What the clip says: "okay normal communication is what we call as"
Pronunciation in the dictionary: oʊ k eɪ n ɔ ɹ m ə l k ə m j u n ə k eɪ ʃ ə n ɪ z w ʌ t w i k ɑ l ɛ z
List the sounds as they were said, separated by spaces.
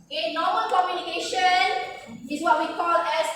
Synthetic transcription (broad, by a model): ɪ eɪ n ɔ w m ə n k ə m j u n ə k eɪ ʃ ə n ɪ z w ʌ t w i k ɑ l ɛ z